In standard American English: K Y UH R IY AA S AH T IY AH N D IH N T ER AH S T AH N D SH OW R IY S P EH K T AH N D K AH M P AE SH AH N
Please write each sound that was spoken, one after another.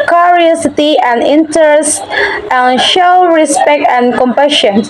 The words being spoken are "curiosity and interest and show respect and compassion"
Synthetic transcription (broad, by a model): K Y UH R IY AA S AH T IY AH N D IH N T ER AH S T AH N SH OW R IY S P EH K T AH N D K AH M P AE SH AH N